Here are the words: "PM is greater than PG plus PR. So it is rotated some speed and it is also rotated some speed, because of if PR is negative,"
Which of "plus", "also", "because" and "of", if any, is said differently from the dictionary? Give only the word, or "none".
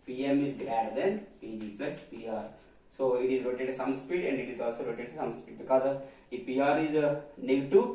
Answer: of